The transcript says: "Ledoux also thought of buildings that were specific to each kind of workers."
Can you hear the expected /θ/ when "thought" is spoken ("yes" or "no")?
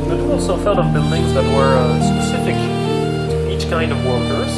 no